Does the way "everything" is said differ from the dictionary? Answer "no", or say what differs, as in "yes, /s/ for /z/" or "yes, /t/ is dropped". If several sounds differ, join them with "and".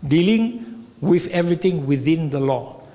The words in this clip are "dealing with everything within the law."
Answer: yes, /t/ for /θ/